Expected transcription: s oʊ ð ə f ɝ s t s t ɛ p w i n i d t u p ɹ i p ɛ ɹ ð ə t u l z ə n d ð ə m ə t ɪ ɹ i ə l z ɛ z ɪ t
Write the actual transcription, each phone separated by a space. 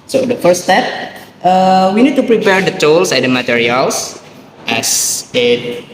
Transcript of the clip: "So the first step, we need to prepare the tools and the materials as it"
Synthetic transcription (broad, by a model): s oʊ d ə f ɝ t s t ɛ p w i n i d t u p ɹ i p ɛ ɹ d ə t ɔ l s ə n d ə m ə t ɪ ɹ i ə l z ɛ s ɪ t